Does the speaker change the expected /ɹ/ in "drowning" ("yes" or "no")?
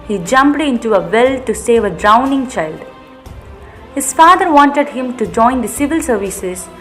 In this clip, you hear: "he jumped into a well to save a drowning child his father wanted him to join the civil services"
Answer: no